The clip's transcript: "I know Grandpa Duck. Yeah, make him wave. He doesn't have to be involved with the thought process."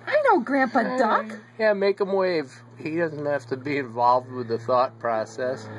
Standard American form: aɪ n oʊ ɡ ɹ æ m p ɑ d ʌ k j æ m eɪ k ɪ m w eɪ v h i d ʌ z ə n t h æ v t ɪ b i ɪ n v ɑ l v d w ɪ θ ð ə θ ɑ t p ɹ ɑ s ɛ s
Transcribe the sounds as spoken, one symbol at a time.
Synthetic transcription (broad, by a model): aɪ n oʊ ɡ ɹ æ m p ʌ d ʌ k j æ m eɪ k ɪ m w eɪ v h i d ʌ z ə n t h æ f t ɪ b i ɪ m v ɑ l v d w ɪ ð ə θ ɑ t p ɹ ɑ s ɛ s